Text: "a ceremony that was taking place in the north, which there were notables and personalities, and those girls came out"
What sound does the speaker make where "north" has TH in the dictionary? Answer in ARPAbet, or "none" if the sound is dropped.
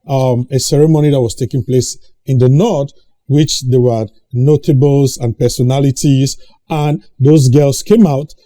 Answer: T